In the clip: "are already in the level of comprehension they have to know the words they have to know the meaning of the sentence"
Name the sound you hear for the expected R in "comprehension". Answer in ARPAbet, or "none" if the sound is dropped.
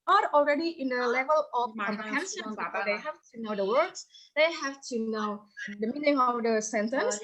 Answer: none